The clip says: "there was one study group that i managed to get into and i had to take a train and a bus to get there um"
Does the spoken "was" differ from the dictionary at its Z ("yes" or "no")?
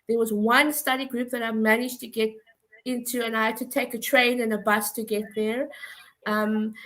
no